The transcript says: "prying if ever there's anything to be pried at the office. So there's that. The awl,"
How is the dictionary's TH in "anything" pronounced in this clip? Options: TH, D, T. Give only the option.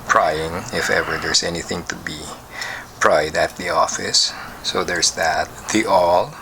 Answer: TH